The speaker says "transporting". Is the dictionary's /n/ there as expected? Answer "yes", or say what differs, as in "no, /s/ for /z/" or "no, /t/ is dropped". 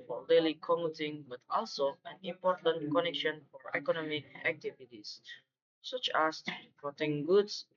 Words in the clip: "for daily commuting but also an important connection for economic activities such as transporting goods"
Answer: no, /n/ is dropped